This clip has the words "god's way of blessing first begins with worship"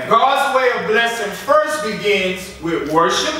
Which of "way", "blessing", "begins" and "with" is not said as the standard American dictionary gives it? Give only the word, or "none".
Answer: none